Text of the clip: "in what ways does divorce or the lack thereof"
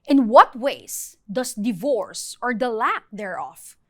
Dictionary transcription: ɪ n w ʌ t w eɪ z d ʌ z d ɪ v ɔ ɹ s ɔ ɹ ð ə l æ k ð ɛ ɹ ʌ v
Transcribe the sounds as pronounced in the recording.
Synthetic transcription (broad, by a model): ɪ n w ʌ t w eɪ s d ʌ s d ɪ v ɔ ɹ s ɔ ɹ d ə l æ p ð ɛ ɹ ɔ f